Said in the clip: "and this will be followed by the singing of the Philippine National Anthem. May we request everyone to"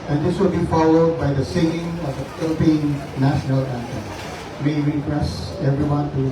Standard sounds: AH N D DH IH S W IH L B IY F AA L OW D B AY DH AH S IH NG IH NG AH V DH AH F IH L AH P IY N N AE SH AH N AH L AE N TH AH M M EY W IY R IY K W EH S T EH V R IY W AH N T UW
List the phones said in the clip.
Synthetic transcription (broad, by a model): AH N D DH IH S W IH L B IY F AA L OW D B AY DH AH S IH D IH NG AH V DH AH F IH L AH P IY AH N AE SH AH N AH L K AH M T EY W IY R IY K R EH S EH V R IY W AH N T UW